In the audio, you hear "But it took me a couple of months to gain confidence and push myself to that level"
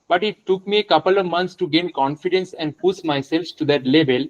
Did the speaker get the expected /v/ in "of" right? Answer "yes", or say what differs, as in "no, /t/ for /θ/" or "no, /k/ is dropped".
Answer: yes